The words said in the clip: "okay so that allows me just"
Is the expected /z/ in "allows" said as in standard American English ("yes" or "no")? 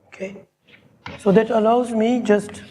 yes